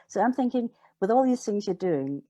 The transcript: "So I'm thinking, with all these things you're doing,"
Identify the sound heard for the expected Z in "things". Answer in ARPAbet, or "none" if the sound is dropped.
Z